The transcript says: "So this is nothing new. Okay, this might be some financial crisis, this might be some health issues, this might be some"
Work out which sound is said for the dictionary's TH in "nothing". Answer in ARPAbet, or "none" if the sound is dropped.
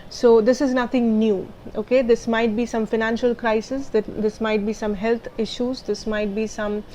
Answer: T